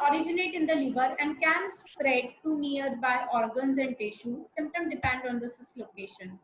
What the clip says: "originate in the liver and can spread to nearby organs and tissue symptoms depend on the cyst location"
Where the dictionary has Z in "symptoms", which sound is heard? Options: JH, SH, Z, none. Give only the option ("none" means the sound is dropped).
none